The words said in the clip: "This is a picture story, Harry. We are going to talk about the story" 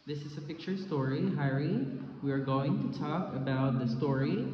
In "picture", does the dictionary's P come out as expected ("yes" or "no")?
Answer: yes